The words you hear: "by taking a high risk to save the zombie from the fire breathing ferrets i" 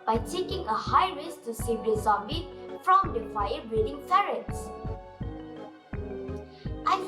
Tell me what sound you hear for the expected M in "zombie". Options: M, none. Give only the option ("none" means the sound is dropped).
none